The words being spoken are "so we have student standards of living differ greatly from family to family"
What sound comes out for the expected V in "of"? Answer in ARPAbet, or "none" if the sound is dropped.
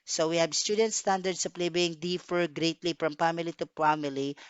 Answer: P